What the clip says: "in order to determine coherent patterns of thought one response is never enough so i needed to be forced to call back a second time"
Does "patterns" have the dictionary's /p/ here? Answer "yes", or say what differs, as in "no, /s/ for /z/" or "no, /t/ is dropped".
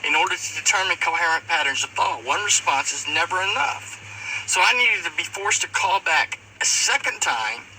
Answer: yes